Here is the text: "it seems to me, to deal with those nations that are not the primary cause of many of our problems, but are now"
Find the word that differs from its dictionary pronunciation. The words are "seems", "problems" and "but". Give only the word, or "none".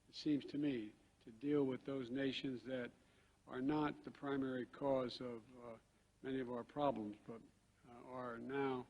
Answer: none